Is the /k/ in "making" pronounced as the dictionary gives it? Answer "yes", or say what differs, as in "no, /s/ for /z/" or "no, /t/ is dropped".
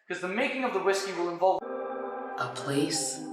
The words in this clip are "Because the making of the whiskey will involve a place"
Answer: yes